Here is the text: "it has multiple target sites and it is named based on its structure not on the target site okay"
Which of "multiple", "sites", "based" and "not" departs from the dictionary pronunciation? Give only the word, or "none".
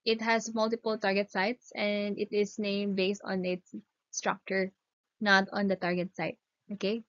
none